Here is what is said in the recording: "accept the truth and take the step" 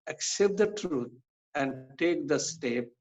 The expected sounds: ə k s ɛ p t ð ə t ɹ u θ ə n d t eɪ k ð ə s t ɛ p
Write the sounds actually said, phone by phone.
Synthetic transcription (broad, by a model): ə k s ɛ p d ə t ɹ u t ə n d t eɪ k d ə s t ɛ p